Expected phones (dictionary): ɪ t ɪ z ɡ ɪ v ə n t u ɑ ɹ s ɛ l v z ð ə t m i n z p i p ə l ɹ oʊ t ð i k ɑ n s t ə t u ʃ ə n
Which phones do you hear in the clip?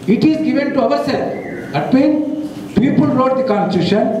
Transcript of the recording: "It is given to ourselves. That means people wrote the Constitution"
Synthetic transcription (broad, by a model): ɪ t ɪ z ɡ ɪ v ə n t u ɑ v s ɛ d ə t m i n p i p ə l ɹ oʊ t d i k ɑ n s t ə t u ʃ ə n